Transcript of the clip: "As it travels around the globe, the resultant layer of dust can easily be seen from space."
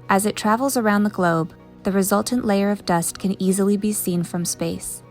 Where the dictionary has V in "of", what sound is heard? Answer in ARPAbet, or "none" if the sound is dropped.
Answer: V